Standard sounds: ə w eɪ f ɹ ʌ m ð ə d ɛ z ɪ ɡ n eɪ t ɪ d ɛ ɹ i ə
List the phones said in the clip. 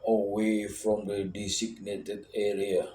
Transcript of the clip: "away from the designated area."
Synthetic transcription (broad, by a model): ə w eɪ f ɹ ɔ m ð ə d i s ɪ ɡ n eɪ t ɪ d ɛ ɹ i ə